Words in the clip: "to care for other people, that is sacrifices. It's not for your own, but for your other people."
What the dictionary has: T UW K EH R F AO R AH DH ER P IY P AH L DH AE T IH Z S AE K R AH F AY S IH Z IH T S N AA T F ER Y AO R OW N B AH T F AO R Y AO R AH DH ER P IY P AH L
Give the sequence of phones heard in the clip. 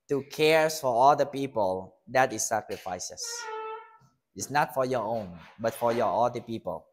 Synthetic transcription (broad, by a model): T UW K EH R F AO R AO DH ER P IY P AH L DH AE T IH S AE K R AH F AY S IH S IH T S N AA T F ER Y AO R OW N B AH T F AO R Y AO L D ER P IY P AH L